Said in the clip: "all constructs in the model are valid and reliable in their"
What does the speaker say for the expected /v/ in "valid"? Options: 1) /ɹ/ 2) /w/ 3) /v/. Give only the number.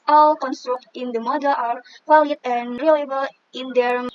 2